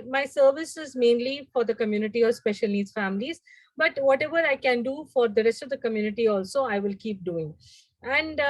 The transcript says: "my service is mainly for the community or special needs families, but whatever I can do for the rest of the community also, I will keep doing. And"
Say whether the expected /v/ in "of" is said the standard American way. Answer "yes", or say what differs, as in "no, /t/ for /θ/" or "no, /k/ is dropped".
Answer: yes